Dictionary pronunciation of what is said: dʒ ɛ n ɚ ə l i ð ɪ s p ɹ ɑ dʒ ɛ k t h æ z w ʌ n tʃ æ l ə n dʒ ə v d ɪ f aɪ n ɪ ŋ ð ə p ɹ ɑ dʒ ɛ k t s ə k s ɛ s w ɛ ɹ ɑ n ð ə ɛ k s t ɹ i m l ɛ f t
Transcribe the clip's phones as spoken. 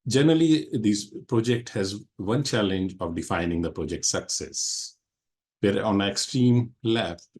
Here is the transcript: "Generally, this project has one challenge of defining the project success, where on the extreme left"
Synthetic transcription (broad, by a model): dʒ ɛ n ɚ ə l i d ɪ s p ɹ ɑ dʒ ɛ k t h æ z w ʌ n tʃ æ l ə n dʒ ə v d ɪ f aɪ n ɪ ŋ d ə p ɹ ɑ dʒ ɛ k t s ə k s ɛ s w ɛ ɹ ɑ n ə ɛ k s t ɹ i m l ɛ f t